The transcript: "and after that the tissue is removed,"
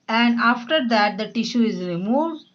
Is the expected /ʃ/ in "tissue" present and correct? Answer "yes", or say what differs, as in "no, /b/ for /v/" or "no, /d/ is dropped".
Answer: yes